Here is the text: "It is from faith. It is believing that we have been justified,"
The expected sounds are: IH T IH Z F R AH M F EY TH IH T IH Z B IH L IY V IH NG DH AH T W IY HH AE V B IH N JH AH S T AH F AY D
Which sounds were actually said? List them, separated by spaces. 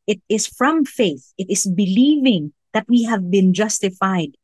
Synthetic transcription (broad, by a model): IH T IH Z F R AH M F EY TH IH T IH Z B IH L IY V IH NG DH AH T W IY HH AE V B IH N JH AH S T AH F AY D